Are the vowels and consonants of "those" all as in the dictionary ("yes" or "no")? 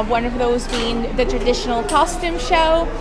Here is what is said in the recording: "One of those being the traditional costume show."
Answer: yes